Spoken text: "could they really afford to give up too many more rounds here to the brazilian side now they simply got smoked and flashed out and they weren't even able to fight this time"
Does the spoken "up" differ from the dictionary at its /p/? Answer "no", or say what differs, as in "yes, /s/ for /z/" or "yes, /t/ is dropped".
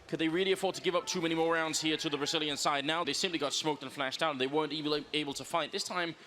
no